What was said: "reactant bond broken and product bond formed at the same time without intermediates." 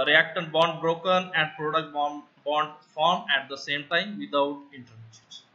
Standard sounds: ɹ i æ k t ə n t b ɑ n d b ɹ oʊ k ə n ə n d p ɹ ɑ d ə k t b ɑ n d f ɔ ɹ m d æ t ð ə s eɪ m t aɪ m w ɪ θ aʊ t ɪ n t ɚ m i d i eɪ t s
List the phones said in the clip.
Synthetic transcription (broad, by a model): ɹ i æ k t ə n b ɑ n d b ɹ oʊ k ə n ə n d p ɹ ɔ d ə k t b ɑ n d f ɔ ɹ m æ t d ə s eɪ m t aɪ m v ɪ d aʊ t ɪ n t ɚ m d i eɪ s